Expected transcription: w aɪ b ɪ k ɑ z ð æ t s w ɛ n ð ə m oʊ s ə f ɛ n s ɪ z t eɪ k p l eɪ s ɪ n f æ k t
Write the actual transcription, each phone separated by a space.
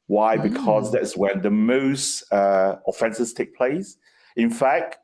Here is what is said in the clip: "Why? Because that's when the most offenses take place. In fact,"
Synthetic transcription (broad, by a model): w aɪ b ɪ k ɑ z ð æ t s w ɛ n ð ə m oʊ s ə f ɛ n s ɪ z t eɪ k p l eɪ s ɪ n f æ k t